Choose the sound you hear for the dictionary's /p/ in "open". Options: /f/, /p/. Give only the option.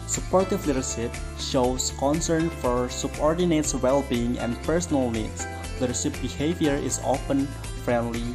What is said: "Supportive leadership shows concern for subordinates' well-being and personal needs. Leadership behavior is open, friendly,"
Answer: /f/